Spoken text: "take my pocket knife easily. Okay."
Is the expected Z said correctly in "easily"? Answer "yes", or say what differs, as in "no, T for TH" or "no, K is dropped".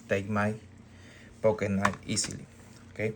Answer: no, S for Z